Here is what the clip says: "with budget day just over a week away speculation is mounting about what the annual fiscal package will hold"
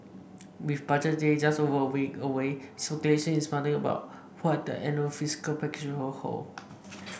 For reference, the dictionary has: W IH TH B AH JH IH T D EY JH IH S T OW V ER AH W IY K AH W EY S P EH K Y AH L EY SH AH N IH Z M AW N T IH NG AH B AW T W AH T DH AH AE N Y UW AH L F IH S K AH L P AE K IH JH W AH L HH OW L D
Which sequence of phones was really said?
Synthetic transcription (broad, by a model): W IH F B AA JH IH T D EY JH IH S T OW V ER AH W IY K AH W EY S P EH K Y AH L EY SH AH N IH S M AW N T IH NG AH B AW T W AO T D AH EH N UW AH F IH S K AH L P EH K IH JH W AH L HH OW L